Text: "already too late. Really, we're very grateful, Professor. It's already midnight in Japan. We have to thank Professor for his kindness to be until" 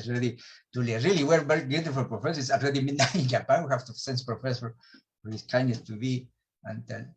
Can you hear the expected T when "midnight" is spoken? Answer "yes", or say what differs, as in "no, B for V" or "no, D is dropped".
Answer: no, T is dropped